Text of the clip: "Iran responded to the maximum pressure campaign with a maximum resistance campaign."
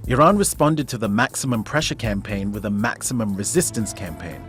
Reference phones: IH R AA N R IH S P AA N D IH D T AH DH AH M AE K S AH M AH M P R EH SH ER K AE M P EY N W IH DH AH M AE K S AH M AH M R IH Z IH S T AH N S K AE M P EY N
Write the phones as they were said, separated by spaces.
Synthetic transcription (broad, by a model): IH R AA N R IH S P AA N D IH D T AH DH AH M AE K S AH M AH M P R EH SH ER K AE M P EY N W IH DH AH M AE K S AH M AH M R IH Z IH S T AH N S K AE M P EY N